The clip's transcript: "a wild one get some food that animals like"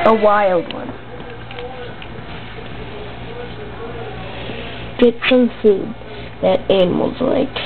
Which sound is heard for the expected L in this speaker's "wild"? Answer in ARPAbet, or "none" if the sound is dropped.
L